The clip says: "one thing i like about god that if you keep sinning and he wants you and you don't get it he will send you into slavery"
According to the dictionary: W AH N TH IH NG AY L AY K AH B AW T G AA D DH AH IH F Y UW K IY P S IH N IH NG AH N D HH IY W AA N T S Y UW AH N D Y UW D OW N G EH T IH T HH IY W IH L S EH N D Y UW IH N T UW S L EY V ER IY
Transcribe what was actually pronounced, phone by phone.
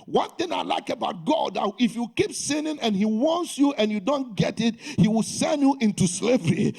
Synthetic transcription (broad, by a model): W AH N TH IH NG AY L AY K AH B AW T G AA D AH IH F Y UW K IY P S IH N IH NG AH N HH IY W AA N T S Y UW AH N Y UW D OW N G EH T IH T HH IY W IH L S EH N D Y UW IH N T UW S L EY V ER IY